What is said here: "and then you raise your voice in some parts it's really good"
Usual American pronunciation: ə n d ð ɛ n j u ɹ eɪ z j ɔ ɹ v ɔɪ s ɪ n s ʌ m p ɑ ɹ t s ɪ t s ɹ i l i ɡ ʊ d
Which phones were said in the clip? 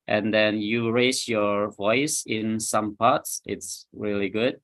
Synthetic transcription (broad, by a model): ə n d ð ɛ n j u ɹ eɪ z j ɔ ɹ v ɔɪ s ɪ n s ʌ m p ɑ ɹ t s ɪ t s ɹ i l i ɡ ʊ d